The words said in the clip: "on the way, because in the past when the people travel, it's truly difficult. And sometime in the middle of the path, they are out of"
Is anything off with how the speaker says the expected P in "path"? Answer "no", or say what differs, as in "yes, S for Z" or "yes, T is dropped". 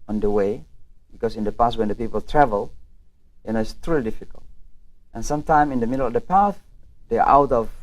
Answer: no